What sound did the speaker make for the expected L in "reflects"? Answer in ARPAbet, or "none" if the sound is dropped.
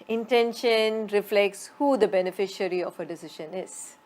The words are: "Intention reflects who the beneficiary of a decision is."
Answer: L